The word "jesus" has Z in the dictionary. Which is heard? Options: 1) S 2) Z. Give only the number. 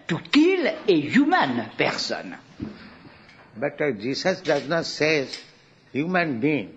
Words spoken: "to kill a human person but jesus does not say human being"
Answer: 1